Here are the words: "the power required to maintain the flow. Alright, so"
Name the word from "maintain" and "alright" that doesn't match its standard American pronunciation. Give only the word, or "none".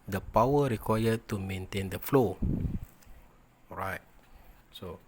alright